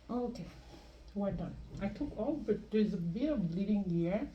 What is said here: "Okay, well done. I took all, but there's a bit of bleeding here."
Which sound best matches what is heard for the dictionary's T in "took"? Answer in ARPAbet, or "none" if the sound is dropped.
T